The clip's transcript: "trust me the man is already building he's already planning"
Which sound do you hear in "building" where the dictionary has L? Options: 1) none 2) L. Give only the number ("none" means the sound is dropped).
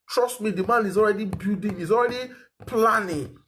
1